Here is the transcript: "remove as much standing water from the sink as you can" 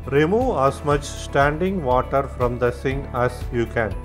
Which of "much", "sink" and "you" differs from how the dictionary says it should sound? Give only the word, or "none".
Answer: sink